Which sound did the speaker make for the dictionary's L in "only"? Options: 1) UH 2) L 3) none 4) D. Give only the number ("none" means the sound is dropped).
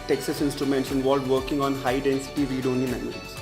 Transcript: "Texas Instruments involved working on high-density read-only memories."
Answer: 3